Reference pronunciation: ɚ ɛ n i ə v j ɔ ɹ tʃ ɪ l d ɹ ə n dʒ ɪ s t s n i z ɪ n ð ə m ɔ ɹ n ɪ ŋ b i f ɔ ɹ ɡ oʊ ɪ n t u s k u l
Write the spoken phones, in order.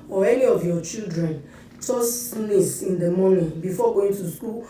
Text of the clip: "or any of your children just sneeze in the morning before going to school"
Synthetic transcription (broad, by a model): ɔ ɛ n i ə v j ɔ tʃ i l d ɹ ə n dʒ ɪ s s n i s ɪ n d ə m ɔ n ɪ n b i f ɔ ɡ oʊ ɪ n t u s k u l